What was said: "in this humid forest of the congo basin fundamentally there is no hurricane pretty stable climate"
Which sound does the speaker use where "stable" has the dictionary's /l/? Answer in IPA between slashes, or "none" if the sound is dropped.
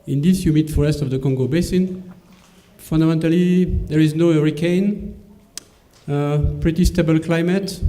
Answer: /l/